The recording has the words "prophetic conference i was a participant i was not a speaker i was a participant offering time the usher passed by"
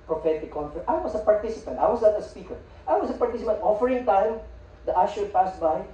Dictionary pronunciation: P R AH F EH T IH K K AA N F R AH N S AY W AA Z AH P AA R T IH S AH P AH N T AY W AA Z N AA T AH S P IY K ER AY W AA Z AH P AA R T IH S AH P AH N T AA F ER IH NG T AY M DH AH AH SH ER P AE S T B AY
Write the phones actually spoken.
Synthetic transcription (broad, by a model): P R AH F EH T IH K K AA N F AH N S AY W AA S AH P AA R T IH S AH P AH N T AY W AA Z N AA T AH S P IY K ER AY W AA S AH P AA R T IH S AH P AH N T AA F ER IH NG T AY M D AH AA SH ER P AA S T B AY